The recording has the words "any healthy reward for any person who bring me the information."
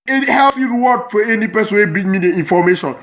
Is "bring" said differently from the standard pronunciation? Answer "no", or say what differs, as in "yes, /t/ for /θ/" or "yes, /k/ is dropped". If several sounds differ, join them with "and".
yes, /ɹ/ is dropped